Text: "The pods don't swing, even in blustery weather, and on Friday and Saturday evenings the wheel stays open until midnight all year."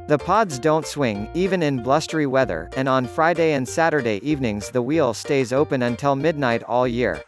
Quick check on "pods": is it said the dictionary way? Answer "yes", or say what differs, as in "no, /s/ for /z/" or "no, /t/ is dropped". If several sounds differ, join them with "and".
yes